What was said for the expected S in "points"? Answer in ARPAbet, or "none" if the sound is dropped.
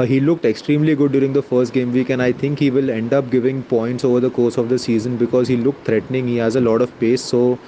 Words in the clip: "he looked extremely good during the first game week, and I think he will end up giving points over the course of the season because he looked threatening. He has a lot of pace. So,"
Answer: S